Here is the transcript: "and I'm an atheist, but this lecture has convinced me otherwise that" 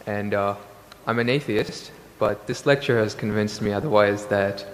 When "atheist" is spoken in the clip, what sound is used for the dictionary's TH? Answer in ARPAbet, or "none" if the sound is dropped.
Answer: TH